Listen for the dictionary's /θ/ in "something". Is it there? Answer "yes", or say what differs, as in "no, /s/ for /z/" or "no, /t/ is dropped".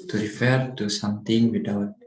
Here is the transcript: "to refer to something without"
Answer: no, /t/ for /θ/